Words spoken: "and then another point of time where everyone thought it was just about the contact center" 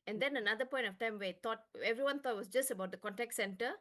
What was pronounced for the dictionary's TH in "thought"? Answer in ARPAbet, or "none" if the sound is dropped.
T